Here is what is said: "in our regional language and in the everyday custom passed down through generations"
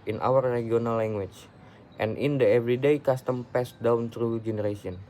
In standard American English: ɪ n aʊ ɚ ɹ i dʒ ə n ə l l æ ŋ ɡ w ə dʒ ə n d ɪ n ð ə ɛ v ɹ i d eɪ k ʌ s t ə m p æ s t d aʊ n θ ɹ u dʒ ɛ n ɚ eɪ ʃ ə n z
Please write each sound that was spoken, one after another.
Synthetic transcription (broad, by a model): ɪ n aʊ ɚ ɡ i ə n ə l l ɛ ŋ ɡ w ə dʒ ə n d ɪ n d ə ɛ v ɹ i d eɪ k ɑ s t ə m p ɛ s d aʊ n t ɹ u dʒ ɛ n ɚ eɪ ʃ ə n